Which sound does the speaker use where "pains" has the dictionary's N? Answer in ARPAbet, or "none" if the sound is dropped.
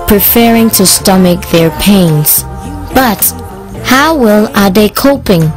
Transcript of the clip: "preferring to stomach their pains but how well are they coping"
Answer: N